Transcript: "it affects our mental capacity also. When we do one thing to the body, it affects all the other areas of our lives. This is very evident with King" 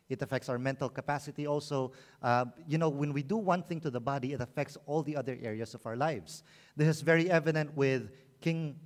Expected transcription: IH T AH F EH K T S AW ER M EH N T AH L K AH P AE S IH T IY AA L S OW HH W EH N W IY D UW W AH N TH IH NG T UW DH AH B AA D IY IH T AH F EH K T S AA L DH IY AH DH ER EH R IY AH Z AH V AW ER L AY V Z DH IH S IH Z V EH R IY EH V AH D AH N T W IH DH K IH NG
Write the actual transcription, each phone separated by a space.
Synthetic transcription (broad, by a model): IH T AH F EH K T S AW ER M EH N T AH L K AH P AE S IH T IY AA L S OW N W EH N W IY D UW W AH N TH IH NG T UW DH AH B AA D IY IH T AH F EH K T S AA L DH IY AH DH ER EH R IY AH S AH V AW ER L AY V S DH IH S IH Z V EH R IY EH V AH D AH N T W IH DH K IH NG